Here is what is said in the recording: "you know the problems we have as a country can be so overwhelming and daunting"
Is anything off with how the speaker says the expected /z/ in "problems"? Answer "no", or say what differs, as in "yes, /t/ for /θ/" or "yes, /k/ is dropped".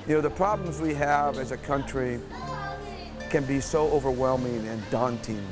no